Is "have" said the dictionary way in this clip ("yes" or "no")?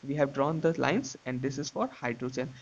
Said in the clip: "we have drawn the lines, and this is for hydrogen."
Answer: yes